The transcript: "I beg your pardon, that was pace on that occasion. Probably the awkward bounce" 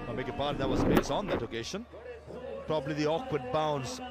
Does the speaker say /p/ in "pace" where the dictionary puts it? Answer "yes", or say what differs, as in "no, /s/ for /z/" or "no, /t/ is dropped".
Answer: no, /b/ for /p/